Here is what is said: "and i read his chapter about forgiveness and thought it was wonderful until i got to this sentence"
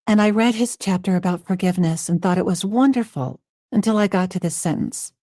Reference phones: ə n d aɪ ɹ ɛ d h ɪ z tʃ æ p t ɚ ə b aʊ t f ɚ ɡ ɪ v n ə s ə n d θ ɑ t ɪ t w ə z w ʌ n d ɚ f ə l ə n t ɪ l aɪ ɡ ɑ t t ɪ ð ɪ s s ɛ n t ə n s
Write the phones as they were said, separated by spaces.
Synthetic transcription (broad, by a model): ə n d aɪ ɹ ɛ d ɪ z tʃ æ p t ɚ ə b aʊ t f ɚ ɡ ɪ v n ə s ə n θ ɑ t ɪ t w ə z w ʌ n d ɚ f l ə n t ɪ l aɪ ɡ ɑ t t ɪ ð ɪ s s ɛ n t n s